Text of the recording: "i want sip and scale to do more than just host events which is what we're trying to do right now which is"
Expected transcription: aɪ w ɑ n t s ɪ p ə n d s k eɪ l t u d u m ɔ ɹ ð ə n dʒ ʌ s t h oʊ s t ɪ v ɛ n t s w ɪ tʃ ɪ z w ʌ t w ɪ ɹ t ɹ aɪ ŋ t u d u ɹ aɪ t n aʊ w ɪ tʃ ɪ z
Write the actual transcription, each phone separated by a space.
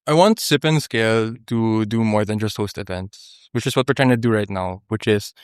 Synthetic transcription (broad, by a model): aɪ w ɑ n t s ɪ p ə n s k eɪ l t u d u m ɔ ɹ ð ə n dʒ ʌ s t h oʊ s t ɪ v ɛ n t s w ɪ tʃ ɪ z w ʌ t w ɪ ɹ t ɹ aɪ ŋ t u d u ɹ aɪ t n aʊ w ɪ tʃ ɪ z